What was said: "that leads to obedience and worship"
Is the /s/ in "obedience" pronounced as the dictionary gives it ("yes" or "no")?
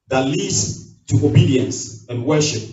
yes